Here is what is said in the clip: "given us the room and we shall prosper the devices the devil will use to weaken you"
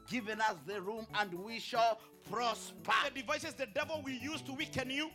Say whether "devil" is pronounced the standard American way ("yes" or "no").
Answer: yes